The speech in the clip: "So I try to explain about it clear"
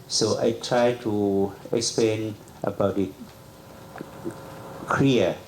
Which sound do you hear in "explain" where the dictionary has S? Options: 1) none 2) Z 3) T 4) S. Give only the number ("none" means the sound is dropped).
4